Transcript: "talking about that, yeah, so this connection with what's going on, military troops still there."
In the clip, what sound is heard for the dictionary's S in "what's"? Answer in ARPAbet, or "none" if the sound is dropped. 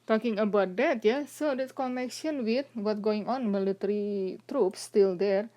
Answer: none